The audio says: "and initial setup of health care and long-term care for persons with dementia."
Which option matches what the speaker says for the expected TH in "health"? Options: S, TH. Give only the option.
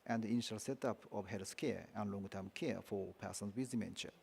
S